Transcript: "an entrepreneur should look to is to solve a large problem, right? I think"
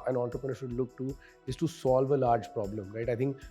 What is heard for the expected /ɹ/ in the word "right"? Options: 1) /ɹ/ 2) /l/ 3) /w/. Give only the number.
1